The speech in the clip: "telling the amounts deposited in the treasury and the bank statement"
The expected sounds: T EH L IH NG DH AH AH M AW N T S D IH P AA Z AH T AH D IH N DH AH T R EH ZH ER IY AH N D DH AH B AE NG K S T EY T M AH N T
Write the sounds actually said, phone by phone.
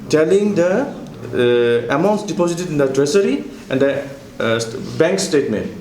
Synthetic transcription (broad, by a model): T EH L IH NG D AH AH M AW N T S D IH P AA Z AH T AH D IH N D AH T R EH S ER IY AH N D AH B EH NG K S T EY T M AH N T